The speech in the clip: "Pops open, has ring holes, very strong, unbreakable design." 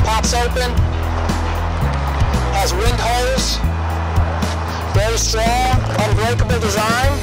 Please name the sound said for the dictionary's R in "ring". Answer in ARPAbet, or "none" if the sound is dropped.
W